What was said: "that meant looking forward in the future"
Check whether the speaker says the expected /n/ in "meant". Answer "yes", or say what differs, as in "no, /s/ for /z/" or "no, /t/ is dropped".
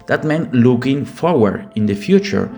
yes